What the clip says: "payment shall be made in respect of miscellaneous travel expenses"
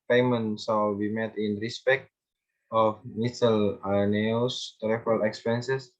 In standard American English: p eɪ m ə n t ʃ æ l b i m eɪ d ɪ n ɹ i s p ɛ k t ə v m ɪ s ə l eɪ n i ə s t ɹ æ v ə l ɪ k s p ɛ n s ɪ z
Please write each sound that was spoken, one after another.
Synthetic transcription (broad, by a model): p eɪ m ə n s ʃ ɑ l b i m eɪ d ɪ n ɹ i s p ɛ k t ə f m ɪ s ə l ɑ n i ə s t ɹ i f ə l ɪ k s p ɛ n s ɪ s